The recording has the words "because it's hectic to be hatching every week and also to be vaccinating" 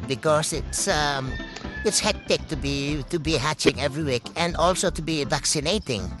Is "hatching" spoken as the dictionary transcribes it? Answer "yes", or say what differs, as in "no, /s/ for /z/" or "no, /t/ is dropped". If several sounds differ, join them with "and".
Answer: yes